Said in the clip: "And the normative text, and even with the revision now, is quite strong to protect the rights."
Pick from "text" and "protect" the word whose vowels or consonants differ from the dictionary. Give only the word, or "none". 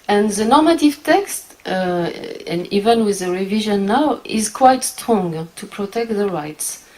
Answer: none